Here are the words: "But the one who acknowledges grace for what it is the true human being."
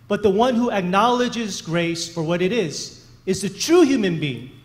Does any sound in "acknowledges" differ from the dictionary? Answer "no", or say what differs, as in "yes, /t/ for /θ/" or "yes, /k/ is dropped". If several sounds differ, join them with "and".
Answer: no